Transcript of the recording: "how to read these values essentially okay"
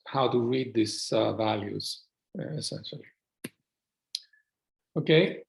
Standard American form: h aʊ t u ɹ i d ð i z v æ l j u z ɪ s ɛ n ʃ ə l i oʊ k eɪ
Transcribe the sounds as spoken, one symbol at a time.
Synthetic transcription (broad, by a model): h aʊ t u ɹ i d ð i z v æ l j u z ɪ s ɛ n ʃ ə l i oʊ k eɪ